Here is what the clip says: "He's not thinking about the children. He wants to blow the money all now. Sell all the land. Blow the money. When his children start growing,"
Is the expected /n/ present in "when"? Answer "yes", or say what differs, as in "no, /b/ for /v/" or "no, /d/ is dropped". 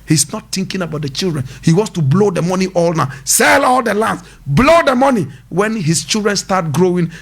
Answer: yes